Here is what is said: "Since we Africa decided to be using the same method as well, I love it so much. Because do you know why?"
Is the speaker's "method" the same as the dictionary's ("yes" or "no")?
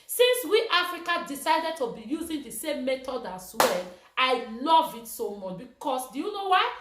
no